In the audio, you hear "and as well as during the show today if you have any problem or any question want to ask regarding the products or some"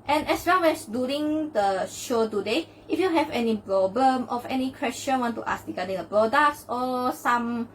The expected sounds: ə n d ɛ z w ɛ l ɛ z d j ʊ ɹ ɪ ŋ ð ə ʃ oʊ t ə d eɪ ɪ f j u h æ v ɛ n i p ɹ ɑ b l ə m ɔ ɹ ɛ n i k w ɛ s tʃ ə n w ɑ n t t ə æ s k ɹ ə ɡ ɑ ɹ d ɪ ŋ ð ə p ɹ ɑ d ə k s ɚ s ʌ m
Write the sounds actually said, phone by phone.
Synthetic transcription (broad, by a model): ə n ɛ s w ɛ l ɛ s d j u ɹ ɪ ŋ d ə ʃ oʊ t ə d eɪ ɪ f j u h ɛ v ɛ n i p ɹ ɑ b l ə m ɔ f ɛ n i k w ɛ s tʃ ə n w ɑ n t t ə s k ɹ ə ɡ ɑ d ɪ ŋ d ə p ɹ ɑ d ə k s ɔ s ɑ m